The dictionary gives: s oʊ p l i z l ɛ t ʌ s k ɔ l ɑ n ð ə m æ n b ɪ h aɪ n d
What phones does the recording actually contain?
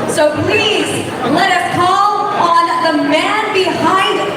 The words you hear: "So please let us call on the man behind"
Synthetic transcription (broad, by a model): s oʊ p l i z l ɛ t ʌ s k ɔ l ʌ n ð ə m æ n b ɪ h aɪ n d